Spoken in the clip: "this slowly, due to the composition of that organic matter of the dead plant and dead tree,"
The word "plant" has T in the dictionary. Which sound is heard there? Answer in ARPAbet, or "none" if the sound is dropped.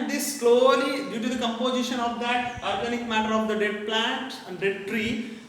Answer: T